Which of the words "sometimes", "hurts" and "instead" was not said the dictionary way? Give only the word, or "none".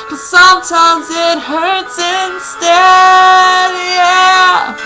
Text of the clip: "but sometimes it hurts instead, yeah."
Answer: none